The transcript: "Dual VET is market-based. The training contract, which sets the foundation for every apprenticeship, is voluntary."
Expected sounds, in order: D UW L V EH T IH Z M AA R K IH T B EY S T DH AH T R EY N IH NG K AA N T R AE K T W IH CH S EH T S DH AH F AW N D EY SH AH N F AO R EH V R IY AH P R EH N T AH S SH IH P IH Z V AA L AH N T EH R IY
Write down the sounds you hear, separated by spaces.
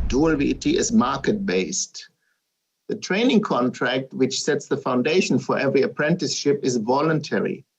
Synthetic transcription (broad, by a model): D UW L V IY T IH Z M AA R K IH T B EY S T DH AH T R EY N IH NG K AA N T R AE K T W IH CH S EH T S DH AH F AW N D EY SH AH N F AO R EH V R IY AH P R EH N T AH S SH IH P IH Z V AA L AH N T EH R IY